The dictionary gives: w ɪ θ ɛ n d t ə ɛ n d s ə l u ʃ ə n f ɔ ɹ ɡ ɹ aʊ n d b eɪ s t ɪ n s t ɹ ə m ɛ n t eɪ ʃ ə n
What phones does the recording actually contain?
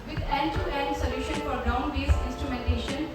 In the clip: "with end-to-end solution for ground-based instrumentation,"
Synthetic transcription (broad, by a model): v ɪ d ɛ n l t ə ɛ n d s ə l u ʃ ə n f ɔ ɹ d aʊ n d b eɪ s ɪ n s t ɹ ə m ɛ n t eɪ ʃ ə n